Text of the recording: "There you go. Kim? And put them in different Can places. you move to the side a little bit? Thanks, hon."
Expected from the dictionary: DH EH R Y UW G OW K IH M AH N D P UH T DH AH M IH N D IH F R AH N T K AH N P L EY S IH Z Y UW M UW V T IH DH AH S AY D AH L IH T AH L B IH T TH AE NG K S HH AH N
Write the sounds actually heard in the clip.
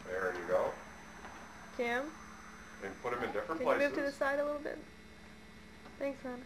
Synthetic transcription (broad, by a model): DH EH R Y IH G OW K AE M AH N P UH T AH M IH N D IH F R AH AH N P L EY IH M UW V T IH DH AH S AY D AH L IH T L B IH T TH AE NG K S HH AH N